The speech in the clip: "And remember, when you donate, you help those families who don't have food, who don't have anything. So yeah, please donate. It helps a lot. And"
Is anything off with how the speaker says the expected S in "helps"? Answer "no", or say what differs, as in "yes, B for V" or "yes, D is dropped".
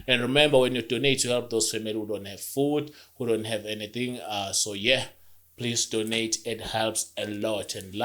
no